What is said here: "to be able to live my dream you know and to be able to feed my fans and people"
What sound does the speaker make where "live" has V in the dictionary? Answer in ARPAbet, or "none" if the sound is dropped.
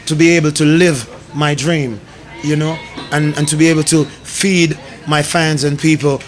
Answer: V